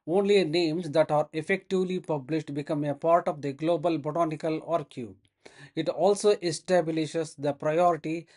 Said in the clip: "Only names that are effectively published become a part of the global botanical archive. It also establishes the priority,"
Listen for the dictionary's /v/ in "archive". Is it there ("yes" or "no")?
no